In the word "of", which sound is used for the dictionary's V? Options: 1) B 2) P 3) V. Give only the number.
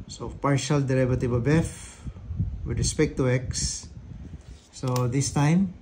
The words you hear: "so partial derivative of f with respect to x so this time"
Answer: 1